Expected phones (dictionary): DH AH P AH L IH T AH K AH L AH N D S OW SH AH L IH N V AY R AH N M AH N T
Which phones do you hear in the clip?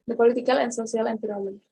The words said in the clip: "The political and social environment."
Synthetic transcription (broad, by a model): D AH P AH L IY T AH K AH L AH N S OW S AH L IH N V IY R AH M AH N